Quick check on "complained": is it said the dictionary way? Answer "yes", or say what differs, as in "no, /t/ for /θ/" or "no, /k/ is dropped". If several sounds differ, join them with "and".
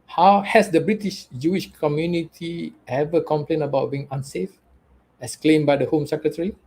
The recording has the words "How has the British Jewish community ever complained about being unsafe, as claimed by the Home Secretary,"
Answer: no, /d/ is dropped